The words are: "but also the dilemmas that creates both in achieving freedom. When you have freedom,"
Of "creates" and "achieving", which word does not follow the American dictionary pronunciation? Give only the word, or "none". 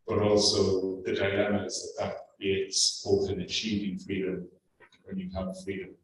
none